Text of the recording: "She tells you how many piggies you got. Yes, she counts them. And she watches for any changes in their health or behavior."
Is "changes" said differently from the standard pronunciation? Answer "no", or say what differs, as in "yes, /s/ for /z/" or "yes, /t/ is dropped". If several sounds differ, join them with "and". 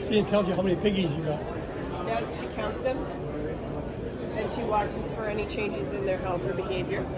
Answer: no